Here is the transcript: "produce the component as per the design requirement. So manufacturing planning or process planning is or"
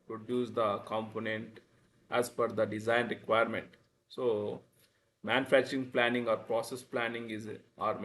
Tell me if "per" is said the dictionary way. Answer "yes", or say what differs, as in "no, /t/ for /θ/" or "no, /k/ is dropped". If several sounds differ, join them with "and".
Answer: no, /f/ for /p/